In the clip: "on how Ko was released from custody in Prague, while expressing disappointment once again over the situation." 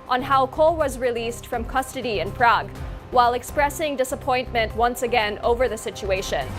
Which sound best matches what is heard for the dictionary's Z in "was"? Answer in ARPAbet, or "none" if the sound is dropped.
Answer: Z